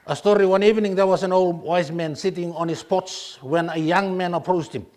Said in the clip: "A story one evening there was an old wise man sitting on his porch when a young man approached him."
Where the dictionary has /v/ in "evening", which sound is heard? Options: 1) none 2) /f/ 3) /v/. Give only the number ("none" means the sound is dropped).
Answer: 3